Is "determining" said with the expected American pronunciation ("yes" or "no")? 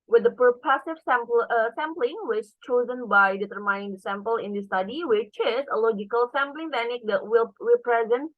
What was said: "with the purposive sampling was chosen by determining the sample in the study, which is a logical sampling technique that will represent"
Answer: no